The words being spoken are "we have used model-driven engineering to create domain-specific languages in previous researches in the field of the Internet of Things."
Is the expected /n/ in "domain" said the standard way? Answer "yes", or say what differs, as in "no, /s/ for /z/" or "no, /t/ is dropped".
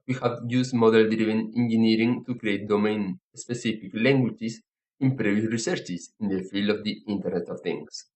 yes